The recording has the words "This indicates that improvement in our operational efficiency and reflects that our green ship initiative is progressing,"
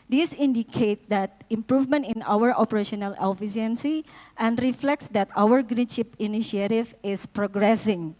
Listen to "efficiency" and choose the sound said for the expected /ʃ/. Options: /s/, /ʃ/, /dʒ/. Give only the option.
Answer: /s/